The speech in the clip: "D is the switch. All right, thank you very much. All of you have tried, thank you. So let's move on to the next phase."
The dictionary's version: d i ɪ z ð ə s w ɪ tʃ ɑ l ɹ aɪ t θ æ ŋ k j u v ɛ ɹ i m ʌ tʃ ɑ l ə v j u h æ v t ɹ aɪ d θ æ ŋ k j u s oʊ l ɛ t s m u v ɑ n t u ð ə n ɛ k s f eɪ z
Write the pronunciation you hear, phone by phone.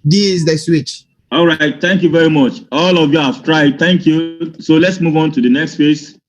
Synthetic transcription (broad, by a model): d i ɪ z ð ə s w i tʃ ɑ l ɹ aɪ t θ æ ŋ k j u v ɛ ɹ i m ʌ tʃ ɑ l ə v j u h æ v t ɹ aɪ d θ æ ŋ k j u s oʊ l ɛ t s m u v ɑ n t u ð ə n ɛ k s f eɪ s